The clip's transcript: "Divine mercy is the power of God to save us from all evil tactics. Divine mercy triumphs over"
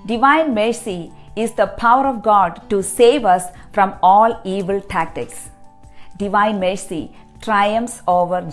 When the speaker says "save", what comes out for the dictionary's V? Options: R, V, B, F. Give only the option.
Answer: V